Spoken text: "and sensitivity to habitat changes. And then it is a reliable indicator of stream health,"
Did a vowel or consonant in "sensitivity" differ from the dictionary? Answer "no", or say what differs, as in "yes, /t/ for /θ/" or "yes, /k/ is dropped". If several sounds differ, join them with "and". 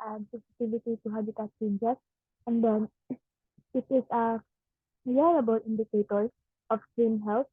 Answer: yes, /n/ is dropped